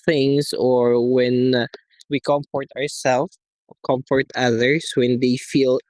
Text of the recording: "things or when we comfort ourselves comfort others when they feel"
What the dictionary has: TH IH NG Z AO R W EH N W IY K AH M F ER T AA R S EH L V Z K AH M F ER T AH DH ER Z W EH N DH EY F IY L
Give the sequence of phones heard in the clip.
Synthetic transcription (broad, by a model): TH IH NG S AO R W EH N W IY K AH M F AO T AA R S EH L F K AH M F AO T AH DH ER S W EH N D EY F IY L